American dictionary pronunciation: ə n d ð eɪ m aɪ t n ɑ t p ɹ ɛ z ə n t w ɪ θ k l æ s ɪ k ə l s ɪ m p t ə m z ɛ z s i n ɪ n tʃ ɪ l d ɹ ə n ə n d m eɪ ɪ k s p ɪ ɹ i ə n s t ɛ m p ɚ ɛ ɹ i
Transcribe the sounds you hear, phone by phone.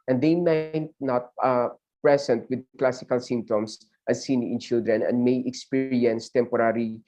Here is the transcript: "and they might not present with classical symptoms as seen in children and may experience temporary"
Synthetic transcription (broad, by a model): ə n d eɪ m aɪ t n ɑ t p ɹ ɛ s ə n t w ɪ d k l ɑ s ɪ k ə l s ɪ m p t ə m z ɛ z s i n ɪ n tʃ ɪ l d ɹ ə n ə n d m eɪ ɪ k s p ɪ ɹ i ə n s t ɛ m p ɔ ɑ ɹ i